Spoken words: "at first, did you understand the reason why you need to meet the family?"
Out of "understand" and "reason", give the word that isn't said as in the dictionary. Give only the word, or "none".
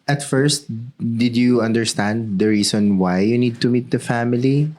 reason